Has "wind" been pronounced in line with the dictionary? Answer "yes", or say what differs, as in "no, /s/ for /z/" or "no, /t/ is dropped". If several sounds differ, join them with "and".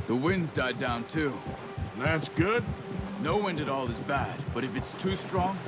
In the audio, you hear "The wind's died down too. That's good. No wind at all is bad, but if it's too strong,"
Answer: yes